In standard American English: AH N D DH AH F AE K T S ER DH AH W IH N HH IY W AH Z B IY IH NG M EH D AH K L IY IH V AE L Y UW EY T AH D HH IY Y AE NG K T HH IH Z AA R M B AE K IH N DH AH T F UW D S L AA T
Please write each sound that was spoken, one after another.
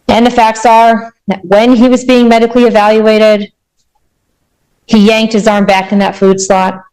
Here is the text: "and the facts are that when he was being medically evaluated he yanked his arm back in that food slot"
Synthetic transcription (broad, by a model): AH N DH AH F AE K T S ER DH W IH N IY W AH Z B IY IH NG M EH D AH K L IY IH V AE L Y UW EY T AH D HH IY Y AE NG K T HH IH Z AA R M B AE K IH N DH AH T F UW D S L AA T